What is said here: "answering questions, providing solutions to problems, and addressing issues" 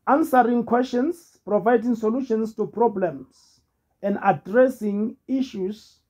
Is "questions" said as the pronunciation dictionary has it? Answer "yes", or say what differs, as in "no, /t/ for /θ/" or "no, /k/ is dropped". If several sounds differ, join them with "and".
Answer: no, /s/ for /z/